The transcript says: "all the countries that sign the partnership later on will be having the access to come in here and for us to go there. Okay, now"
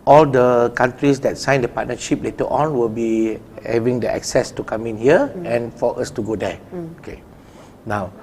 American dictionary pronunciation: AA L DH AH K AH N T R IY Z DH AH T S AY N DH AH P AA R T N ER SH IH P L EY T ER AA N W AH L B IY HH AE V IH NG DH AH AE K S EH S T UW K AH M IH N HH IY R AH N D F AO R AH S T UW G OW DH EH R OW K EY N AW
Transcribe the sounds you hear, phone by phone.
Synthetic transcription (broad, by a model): AA L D AH K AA N T R IY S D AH T S AY N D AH P AA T N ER SH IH P L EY T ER AA N W AH L B IY HH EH V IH NG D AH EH K S EH S T UW K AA M IH N HH IY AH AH N F AO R AH S T UW G OW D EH OW K EY N AW